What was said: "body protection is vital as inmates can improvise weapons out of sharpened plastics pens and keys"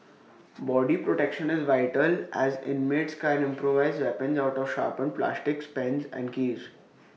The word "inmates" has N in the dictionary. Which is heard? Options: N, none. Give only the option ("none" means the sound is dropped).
N